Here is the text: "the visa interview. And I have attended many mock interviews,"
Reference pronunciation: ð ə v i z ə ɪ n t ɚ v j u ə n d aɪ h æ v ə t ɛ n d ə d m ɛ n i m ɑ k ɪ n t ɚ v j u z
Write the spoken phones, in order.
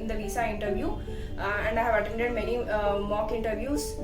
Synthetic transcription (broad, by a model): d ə v i s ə ɪ n t ɚ v j u ə n d aɪ h æ v ə t ɛ n d ə d m ɛ n i m ɑ k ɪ n t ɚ v j u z